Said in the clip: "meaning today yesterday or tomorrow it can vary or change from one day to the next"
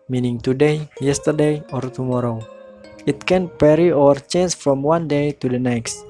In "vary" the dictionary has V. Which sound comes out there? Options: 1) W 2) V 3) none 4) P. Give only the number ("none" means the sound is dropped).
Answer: 4